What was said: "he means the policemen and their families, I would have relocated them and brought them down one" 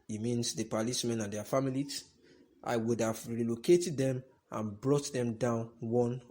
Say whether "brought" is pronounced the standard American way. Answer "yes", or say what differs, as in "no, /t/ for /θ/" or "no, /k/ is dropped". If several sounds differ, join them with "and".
yes